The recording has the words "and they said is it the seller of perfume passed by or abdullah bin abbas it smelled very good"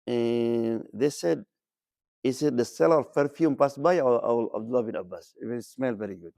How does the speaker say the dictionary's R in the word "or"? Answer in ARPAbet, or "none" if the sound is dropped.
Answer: L